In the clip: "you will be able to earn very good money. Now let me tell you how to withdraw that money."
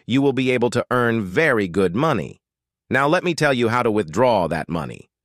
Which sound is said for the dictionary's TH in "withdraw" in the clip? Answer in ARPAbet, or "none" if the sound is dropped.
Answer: TH